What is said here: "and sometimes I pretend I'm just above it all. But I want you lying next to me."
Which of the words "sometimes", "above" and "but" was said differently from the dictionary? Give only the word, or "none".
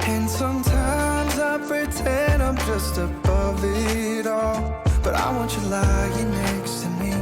none